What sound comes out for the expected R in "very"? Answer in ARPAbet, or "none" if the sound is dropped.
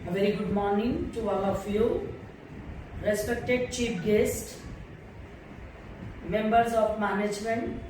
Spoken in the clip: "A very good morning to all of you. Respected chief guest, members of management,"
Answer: R